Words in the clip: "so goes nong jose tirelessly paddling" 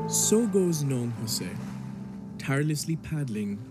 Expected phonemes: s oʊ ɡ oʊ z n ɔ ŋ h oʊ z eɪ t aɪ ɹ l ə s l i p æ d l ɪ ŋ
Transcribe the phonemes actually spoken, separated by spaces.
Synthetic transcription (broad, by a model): s oʊ ɡ oʊ z n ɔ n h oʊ s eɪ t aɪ ɹ l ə s l i p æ d l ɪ ŋ